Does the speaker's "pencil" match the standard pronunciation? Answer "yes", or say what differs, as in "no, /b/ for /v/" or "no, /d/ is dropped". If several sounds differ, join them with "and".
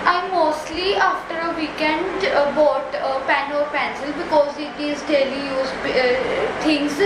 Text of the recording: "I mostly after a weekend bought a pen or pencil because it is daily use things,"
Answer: yes